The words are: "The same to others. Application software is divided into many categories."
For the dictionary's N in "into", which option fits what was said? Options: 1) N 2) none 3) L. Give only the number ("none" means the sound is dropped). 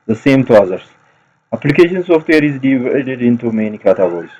1